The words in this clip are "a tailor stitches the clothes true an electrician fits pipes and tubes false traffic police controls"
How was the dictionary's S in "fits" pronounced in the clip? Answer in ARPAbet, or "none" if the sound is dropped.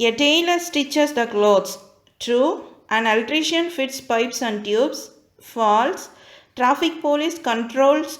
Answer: S